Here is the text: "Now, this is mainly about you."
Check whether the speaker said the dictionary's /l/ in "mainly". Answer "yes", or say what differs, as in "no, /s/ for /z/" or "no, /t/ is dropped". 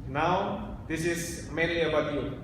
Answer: no, /l/ is dropped